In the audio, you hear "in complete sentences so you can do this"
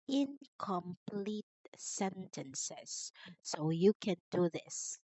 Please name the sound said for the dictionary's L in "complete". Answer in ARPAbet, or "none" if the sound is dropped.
L